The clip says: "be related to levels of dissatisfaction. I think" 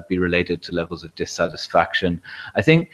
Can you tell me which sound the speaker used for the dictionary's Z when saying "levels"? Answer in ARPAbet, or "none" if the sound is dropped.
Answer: Z